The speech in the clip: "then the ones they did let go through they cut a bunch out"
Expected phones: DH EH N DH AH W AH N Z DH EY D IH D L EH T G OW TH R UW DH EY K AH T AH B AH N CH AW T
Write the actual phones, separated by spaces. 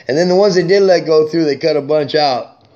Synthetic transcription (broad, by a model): DH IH N DH AH W AH N Z DH EY D IH D L EH T G OW TH R UW DH EY K AH T AH B AH N CH AW T